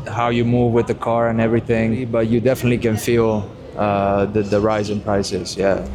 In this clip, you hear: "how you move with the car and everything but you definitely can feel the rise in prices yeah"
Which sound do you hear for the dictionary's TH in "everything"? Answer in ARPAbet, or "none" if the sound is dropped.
TH